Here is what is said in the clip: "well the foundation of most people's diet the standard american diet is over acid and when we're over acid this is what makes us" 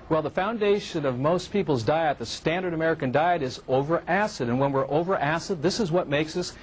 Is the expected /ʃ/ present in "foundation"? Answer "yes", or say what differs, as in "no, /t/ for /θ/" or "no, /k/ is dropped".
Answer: yes